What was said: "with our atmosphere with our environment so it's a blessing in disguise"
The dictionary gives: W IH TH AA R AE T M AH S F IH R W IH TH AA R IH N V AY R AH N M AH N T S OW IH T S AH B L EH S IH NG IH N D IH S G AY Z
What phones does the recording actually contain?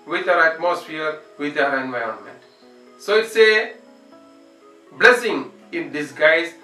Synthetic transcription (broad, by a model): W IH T AA R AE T M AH S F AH R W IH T AA R IH N V AY R AH N M AH N T S OW IH T S AH B L EH S IH NG IH N D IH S G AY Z